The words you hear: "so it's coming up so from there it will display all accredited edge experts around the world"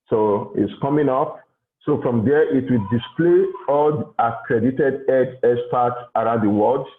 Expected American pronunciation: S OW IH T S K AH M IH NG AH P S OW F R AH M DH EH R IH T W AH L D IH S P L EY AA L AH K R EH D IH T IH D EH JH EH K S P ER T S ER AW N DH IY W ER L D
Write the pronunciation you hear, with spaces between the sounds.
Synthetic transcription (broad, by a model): S OW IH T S K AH M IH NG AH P S OW F R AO M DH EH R IH T W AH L D IH S P L EY AA L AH K R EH D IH T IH D EH JH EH S P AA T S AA AW N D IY W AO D